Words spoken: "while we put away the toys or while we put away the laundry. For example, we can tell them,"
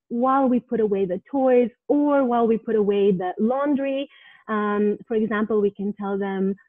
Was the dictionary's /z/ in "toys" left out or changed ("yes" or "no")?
no